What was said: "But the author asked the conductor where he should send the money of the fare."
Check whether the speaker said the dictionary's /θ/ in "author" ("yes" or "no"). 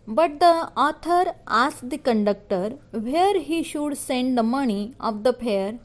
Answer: no